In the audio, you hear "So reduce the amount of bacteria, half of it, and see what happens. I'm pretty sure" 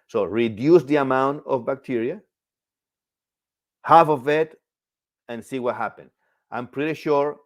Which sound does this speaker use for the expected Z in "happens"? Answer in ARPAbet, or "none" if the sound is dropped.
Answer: none